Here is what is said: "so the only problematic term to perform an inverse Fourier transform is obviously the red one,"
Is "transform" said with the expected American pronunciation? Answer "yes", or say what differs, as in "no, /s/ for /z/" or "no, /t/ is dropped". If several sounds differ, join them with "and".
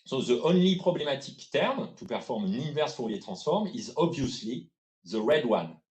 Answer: no, /n/ is dropped